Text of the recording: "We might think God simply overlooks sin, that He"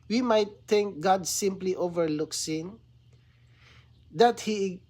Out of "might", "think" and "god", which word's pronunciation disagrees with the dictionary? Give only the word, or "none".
think